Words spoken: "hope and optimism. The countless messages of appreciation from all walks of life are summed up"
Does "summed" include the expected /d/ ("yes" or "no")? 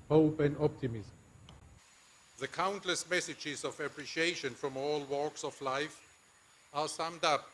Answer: yes